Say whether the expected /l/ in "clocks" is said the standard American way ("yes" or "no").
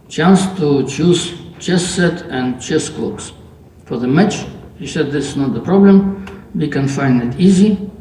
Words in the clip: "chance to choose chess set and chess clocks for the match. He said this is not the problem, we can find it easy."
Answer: no